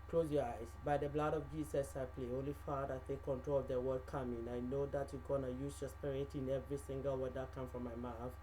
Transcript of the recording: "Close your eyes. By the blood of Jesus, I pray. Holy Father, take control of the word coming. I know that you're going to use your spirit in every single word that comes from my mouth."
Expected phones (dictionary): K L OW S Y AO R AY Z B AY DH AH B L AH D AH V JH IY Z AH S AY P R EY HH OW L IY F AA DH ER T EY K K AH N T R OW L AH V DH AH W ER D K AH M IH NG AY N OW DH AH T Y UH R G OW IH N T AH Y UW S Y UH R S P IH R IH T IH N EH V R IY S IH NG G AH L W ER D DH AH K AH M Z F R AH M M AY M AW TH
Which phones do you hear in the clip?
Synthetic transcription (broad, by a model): K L OW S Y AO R AY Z B AY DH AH B L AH D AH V JH IY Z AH S AY P L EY HH OW L IY F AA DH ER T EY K K AH N T R OW L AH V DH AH W ER D K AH M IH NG AY N OW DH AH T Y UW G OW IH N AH Y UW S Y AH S P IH R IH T IH N EH V R IY S IH NG G AH L W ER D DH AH K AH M F R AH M M AY M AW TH